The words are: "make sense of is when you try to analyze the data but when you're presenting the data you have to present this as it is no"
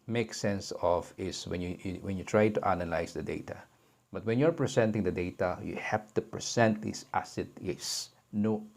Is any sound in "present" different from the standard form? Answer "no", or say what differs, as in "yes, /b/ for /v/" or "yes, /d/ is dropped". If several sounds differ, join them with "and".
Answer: yes, /s/ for /z/